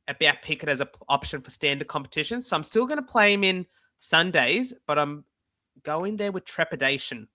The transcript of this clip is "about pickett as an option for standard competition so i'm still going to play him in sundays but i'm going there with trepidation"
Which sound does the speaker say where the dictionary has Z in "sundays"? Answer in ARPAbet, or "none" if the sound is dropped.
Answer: Z